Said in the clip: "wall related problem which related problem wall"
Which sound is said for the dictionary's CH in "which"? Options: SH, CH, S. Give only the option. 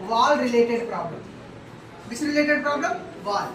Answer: S